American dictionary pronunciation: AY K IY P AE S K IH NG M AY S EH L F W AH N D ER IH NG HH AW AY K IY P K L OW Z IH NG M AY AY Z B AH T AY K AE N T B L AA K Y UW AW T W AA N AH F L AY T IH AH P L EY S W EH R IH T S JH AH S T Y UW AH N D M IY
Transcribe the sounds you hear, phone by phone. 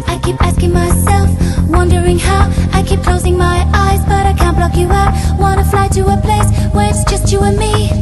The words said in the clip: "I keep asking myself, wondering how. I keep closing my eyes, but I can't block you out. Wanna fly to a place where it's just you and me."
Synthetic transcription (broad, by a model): AY K IY P AE S K IH NG M AY S EH L F W AH N D ER IH NG HH AW AY K IY P K L OW Z IH NG M AY AY Z B AH T AY K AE N B L AA K Y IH AW T W AA N AH F L AY T IH AH P L EY S W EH R IH T S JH AH S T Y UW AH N M IY